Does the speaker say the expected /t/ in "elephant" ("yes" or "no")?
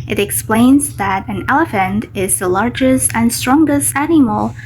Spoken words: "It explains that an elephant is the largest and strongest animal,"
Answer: yes